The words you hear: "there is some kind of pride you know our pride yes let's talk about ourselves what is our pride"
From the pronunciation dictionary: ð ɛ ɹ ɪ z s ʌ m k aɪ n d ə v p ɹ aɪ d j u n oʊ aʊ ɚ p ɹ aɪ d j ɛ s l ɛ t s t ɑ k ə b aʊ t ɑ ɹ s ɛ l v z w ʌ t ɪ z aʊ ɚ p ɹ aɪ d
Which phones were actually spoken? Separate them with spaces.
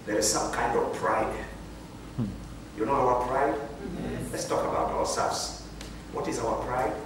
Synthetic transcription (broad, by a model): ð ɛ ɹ ɪ z s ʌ m k aɪ n d ə v p ɹ aɪ d j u n oʊ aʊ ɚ p ɹ aɪ d l ɛ t s t ɑ k ə b aʊ t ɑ w s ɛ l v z w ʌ t ɪ z aʊ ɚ p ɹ aɪ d